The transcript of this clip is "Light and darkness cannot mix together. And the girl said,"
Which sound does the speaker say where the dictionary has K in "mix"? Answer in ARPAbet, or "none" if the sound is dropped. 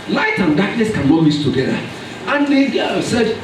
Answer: none